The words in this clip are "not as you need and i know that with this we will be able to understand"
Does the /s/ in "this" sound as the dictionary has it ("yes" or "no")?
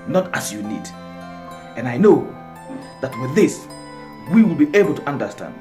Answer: yes